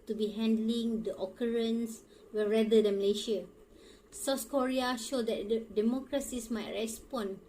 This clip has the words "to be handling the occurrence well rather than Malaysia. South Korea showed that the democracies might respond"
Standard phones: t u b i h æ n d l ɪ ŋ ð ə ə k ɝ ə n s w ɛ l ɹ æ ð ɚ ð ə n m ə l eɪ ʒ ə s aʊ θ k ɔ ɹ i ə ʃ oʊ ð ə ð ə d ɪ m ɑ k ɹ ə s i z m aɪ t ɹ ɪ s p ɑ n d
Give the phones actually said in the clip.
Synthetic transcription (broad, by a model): t u b i h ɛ n d l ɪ ŋ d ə ə k ɝ ə n s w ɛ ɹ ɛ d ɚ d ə n m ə l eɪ ʃ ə s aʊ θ k ɔ ɹ i ə ʃ oʊ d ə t d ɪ m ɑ k ɹ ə s i s m aɪ t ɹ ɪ s p ɑ n